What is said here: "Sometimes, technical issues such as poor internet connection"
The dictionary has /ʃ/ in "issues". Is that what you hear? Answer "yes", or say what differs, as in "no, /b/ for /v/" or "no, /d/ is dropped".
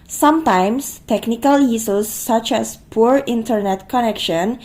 no, /s/ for /ʃ/